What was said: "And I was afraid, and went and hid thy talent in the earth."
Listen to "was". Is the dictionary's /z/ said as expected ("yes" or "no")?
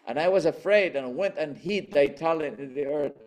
yes